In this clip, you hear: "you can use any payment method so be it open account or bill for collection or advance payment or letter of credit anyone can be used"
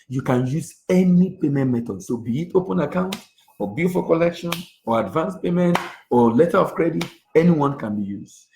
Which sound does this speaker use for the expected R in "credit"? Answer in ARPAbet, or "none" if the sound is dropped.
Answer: R